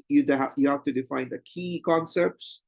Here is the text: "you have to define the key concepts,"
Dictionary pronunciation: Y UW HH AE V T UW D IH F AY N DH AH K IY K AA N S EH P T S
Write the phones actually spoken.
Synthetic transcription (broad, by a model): Y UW HH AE F T UW D IH F AY N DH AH K IY K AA N S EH P T S